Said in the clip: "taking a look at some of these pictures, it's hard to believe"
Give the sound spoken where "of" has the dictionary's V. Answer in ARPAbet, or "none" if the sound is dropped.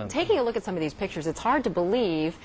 V